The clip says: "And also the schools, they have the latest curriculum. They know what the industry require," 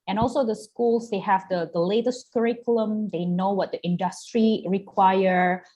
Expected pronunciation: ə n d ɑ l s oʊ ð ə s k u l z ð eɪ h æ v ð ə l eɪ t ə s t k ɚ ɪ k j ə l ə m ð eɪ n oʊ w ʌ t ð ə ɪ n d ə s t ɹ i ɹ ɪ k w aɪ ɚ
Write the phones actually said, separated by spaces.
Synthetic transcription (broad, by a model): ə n ɑ l s oʊ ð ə s k u l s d eɪ h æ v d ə l eɪ t ə s t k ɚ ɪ k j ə l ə m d eɪ n oʊ w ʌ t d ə ɪ n d ə s t ɹ i ɹ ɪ k w aɪ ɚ